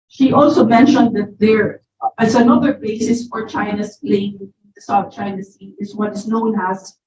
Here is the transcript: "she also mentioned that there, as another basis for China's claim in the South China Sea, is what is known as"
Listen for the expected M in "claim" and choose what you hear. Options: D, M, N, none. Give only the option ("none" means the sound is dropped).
none